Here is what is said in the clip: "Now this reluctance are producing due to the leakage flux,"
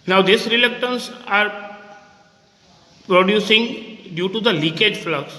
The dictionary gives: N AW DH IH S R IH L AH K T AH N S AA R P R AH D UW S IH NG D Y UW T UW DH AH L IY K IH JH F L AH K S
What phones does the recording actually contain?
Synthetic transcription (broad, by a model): N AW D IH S R IH L AH K T AH N S AA R P R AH D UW S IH NG D Y UW T UW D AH L IY K IH JH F L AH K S